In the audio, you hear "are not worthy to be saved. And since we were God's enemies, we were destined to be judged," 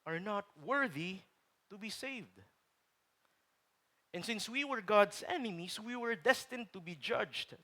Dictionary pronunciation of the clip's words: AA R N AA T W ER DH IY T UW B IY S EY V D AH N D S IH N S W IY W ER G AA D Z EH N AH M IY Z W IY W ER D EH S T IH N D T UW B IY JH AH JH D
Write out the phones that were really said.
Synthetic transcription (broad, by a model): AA R N AA T W ER DH IY T UW B IY S EY V D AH N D S IH N S W IY W ER G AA D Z EH N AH M IY S W IY W ER D EH S T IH N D T UW B IY JH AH JH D